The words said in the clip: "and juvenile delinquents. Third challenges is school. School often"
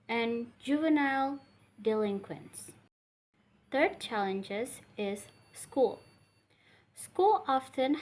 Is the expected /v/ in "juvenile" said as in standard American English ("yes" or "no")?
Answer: yes